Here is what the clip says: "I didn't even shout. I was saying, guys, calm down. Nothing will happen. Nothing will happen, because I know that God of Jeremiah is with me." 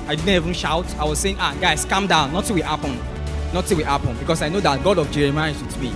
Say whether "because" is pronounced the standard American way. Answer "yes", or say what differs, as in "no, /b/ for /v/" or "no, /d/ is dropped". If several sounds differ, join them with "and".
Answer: no, /s/ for /z/